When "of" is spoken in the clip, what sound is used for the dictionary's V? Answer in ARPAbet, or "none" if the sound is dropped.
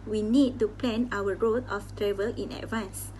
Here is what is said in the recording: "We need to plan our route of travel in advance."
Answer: F